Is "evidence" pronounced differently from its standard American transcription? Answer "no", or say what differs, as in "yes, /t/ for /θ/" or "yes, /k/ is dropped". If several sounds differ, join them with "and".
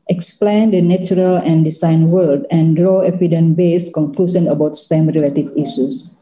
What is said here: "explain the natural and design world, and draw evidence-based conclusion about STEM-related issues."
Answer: yes, /p/ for /v/ and /s/ is dropped